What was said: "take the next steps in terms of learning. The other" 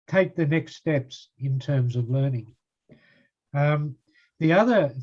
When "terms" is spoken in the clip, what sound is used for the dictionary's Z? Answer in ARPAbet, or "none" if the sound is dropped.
Z